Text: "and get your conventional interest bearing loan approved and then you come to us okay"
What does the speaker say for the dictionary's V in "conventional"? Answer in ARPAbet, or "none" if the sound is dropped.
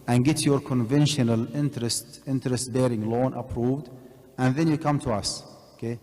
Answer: V